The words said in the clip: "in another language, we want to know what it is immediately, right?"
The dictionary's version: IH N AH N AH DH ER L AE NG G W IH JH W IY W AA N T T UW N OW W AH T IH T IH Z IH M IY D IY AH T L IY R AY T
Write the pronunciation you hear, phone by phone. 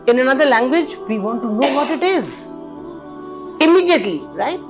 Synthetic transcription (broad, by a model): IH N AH N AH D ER L AE NG G W IH JH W IY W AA N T T UW N OW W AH T IH T IH Z IH M IY D IY AH T L IY R AY T